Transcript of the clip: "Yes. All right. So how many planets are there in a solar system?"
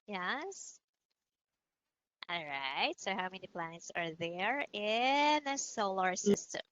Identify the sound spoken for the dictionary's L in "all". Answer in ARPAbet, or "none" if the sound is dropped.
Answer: L